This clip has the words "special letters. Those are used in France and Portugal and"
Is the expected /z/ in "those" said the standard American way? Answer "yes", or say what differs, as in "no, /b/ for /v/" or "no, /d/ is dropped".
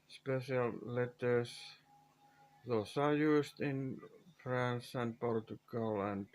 no, /s/ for /z/